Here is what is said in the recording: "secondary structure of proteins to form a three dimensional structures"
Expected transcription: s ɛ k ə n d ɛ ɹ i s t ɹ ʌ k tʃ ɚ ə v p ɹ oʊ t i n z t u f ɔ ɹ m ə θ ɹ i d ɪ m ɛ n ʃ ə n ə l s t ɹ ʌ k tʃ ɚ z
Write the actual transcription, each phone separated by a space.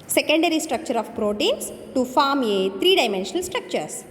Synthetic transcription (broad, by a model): s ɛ k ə n d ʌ ɹ i s t ɹ ʌ k tʃ ɚ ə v p ɹ oʊ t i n s t u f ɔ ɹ m ə t ɹ i d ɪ m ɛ n ʃ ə n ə l s t ɹ ʌ k tʃ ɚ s